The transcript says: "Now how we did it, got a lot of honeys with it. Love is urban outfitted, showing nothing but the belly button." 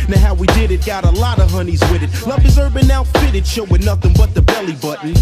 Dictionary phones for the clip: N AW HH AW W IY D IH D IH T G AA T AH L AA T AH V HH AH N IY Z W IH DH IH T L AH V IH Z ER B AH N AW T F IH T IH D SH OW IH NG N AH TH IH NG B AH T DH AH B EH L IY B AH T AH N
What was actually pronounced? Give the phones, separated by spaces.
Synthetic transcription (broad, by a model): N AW HH AW W IY D IH D IH T G AA T AH L AA T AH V HH AH N IY Z W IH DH IH T L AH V IH Z ER B AH N AW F IH T IH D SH OW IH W N AH TH IH NG B AH T DH AH B EH L IY B AH T N